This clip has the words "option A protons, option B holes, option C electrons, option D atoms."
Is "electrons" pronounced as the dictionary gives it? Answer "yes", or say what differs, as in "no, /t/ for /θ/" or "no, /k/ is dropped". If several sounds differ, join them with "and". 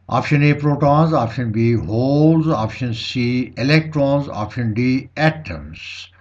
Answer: yes